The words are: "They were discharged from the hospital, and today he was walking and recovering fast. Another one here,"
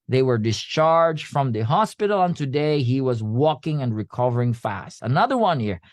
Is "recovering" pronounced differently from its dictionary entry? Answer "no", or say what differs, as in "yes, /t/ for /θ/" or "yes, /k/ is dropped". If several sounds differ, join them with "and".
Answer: no